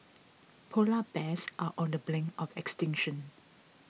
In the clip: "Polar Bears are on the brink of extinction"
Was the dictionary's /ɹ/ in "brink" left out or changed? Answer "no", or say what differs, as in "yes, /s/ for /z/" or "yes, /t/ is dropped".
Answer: yes, /l/ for /ɹ/